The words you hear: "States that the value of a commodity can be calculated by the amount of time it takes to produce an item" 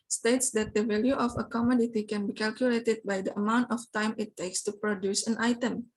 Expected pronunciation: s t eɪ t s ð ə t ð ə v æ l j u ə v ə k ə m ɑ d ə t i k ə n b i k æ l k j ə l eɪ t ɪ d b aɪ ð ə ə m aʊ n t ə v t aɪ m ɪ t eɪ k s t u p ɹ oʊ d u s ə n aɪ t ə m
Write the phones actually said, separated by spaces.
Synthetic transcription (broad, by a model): s t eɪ t s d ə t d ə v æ l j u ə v ə k ə m ɑ d ə t i k ə n b i k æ l k j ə l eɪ t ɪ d b aɪ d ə ə m aʊ n t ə f t aɪ m ɪ t eɪ k s t u p ɹ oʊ d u s ə n aɪ t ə m